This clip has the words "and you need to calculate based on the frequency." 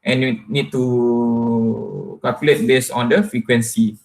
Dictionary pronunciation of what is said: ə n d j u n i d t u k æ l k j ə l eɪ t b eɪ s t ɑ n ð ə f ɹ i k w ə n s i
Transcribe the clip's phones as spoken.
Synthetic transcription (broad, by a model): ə n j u n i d t u k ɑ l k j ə l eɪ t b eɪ s ɑ n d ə f ɹ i k w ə n s i